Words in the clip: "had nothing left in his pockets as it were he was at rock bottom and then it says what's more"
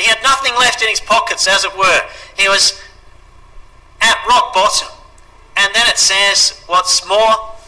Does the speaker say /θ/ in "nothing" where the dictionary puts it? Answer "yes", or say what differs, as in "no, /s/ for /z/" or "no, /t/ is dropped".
yes